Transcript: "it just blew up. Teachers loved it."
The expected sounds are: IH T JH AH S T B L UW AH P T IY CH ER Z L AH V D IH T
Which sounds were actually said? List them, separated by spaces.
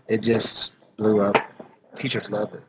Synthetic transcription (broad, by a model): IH T JH AH S T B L UW AH P T IY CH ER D L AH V IH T